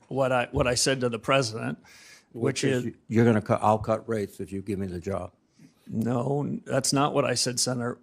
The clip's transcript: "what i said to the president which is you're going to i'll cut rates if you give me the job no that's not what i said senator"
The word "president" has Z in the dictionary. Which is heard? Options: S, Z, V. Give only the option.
Z